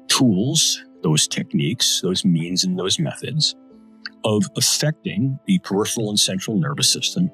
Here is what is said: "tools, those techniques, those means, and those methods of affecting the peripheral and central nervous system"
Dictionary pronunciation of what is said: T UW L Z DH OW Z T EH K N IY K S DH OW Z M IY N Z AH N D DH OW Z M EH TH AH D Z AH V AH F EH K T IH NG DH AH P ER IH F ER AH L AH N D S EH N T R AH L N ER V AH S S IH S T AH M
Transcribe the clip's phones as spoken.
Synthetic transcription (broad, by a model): T UW L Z DH OW Z T EH K N IY K S DH OW Z M IY N Z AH N DH OW Z M EH TH AH D Z AH V AH F EH K T IH NG DH AH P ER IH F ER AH L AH N S EH N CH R L N ER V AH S S IH S T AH M